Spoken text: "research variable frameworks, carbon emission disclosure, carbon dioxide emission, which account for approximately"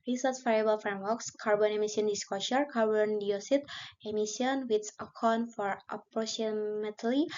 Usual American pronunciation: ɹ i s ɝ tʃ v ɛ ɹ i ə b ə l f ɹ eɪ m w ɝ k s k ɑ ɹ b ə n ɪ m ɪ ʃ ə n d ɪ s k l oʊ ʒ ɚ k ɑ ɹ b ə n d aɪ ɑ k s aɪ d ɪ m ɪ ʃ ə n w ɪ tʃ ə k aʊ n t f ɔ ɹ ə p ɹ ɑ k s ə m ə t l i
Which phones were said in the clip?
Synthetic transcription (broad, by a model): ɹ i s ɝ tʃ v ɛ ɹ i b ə l f ɹ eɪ m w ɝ k s k ɑ ɹ b ə n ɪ m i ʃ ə n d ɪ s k oʊ ʃ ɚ k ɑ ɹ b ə n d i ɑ s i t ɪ m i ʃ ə n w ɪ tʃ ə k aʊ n f ɔ ɹ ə p ɹ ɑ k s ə m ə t l i